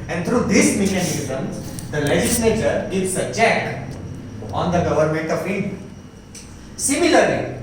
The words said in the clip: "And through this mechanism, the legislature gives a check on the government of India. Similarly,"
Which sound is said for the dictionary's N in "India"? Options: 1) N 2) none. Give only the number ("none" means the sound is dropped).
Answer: 2